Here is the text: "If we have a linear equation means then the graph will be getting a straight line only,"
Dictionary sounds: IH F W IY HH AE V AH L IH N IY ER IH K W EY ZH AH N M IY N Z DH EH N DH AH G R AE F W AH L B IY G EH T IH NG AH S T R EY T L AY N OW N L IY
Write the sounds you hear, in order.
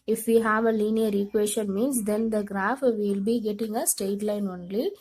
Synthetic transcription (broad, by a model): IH F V IY HH AE V AH L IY N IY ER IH K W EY SH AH N M IY N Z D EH N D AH G R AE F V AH L B IY G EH T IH NG AH S T EY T L AY N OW N L IY